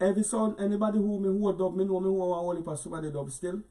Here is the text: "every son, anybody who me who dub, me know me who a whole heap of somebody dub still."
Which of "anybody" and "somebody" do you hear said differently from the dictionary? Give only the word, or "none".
somebody